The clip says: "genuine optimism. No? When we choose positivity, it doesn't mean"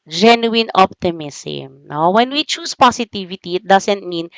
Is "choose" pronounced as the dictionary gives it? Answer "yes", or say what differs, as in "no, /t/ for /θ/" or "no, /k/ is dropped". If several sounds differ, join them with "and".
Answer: no, /s/ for /z/